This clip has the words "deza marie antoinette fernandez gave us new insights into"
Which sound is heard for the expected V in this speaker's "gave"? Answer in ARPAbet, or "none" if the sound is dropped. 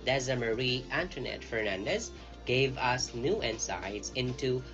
V